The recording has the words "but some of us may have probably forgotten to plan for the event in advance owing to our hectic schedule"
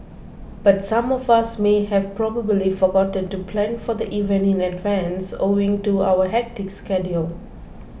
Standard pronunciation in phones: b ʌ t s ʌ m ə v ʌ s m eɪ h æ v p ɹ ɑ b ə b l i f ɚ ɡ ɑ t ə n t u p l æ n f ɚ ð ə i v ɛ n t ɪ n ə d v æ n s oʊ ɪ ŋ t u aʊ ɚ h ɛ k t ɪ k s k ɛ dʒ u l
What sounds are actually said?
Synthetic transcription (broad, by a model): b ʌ t s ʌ m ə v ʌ s m eɪ h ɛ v p ɹ ɑ b ə b l i f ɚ ɡ ɑ t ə n t u p l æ n f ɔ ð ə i v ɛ n ɪ n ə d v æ n s oʊ ɪ ŋ t u aʊ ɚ h ɛ k t ɪ k s k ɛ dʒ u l